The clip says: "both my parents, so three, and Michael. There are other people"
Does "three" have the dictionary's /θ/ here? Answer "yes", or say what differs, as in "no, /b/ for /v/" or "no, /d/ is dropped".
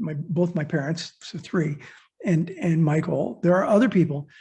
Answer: yes